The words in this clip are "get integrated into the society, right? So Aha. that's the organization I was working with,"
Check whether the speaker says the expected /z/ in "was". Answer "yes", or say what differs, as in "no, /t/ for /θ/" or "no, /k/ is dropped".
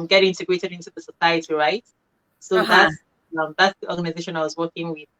yes